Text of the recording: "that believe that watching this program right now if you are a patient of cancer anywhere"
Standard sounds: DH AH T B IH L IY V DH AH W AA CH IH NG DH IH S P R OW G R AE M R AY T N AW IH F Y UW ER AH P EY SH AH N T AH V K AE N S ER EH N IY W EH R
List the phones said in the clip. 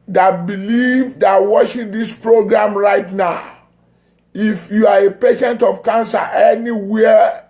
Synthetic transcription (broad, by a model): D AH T B IH L IY V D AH W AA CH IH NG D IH S P R OW G R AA M R AY T N AW IH F Y UW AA AH P EY SH AH N T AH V K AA N S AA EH N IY W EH